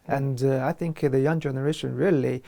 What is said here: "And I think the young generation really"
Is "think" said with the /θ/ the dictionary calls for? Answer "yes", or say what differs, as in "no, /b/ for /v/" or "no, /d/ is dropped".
yes